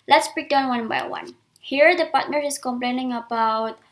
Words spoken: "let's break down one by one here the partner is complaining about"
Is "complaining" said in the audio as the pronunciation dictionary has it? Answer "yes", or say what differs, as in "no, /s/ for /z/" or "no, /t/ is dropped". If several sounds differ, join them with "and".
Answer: yes